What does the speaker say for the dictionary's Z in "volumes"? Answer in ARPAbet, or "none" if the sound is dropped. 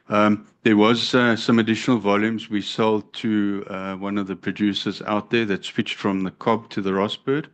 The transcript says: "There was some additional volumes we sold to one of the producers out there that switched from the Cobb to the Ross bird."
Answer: Z